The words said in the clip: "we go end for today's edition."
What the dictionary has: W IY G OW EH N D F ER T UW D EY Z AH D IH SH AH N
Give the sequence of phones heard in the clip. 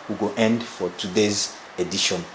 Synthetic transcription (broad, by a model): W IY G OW EH N D F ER T UW D EY Z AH D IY SH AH N